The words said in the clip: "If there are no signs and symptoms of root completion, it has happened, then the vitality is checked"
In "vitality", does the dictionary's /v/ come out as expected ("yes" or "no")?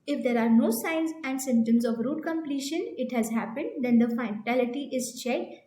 no